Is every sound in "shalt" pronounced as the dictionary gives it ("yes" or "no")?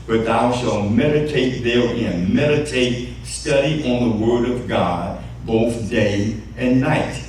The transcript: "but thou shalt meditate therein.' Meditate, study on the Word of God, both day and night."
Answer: yes